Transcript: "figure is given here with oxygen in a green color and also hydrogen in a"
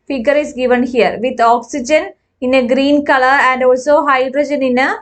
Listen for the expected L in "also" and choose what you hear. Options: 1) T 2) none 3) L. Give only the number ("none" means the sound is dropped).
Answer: 3